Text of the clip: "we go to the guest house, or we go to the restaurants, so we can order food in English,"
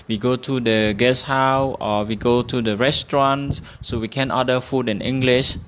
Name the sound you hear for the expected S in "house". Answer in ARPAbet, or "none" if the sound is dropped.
none